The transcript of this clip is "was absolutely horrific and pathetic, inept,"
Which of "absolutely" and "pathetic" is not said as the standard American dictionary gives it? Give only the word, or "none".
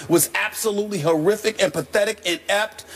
none